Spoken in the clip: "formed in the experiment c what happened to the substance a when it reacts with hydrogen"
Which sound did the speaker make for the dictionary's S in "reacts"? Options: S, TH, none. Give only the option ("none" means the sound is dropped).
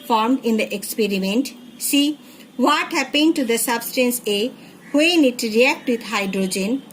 none